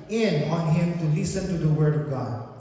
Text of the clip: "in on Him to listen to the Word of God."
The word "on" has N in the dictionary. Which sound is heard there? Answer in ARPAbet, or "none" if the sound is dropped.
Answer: N